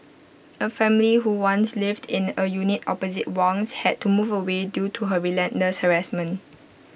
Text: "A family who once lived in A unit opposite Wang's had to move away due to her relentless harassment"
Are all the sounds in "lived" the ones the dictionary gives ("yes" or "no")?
yes